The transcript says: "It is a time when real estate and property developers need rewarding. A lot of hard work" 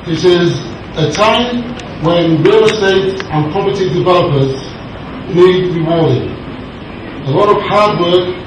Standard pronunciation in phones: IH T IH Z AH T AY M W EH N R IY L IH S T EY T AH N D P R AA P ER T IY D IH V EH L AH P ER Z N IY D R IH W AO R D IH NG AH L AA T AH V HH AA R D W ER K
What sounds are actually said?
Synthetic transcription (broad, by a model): IH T IH Z AH T AY M W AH N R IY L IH S T EY T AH N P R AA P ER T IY D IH V EH L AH P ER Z L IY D R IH W AO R D IH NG AH L AA T AH V HH AA D W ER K